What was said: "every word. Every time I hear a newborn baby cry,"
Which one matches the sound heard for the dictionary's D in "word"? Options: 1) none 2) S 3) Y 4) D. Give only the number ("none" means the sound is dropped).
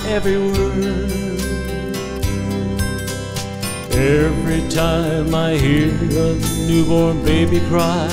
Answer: 1